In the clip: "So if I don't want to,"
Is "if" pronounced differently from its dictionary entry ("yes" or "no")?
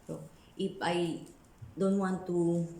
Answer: yes